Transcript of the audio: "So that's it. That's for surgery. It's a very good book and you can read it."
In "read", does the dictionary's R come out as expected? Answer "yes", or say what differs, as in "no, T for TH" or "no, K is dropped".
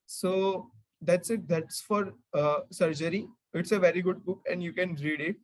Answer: yes